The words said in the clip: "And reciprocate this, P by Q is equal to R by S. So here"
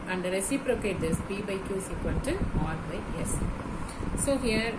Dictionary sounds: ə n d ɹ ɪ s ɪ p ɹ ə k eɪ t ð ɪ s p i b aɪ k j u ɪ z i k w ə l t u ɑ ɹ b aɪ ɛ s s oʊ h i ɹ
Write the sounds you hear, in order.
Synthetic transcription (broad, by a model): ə n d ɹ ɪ s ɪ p ɹ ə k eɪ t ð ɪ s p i b aɪ k j u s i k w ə n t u ɑ ɹ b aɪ ɛ s s oʊ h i ɹ